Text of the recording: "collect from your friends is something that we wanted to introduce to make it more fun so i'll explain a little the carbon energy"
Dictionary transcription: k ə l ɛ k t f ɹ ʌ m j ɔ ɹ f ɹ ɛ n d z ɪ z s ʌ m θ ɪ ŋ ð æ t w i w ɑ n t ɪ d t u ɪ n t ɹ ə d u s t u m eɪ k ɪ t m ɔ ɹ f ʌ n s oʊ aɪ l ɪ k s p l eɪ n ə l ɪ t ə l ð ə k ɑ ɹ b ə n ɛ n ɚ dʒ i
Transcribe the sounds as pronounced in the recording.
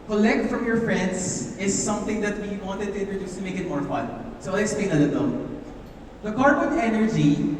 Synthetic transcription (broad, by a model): k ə l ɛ k t f ɹ ʌ m j ɔ ɹ f ɹ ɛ n d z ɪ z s ʌ m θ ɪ ŋ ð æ t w i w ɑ n t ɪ d t u ɪ n t ɹ ə d u s t u m eɪ k ɪ t m ɔ ɹ f ʌ n s oʊ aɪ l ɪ s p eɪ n ə l ɪ t ə l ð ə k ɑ ɹ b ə n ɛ n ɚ dʒ i